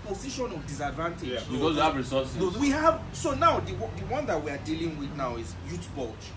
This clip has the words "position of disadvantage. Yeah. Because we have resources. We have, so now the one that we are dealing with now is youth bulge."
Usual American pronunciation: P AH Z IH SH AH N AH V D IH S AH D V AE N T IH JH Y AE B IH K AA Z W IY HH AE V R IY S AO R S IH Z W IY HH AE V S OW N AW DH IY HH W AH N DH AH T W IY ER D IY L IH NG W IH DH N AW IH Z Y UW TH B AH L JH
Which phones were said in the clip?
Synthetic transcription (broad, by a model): P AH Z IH SH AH N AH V D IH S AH D V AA N T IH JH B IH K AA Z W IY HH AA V R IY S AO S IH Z W IY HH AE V S OW N AW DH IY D W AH N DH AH T W IY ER D IY L IH NG W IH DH N AW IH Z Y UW T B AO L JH